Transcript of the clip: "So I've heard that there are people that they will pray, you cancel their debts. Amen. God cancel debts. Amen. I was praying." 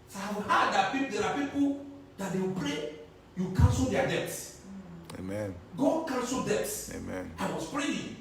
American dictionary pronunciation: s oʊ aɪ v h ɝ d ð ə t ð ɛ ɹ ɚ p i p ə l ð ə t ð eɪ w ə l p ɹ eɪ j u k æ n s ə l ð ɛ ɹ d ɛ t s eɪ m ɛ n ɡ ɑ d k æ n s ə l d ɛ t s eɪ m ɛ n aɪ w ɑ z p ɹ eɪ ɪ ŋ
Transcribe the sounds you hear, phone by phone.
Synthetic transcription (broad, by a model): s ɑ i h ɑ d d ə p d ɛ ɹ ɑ p i p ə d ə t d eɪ w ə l p ɹ eɪ j u k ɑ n s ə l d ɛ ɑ d ɛ t s eɪ m ɛ n ɡ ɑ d k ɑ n s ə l d ɛ t s eɪ m ɛ n aɪ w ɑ s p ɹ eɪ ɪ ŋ